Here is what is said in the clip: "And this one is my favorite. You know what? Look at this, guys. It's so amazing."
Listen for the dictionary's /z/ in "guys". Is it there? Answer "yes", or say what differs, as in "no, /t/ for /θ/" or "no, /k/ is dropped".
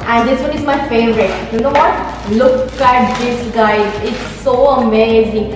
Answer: no, /z/ is dropped